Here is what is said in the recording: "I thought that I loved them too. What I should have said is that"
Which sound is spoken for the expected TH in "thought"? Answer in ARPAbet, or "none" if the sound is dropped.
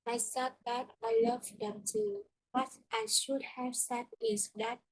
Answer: S